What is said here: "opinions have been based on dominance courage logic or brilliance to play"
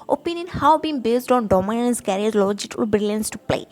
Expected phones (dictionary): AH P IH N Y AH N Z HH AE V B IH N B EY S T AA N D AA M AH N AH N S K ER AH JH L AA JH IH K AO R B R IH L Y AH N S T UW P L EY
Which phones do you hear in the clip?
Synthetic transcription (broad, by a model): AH P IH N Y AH N HH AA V B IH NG B EY S T AA N D AA M AH N AH N S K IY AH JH L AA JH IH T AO L B R IH L Y AH N S T UW P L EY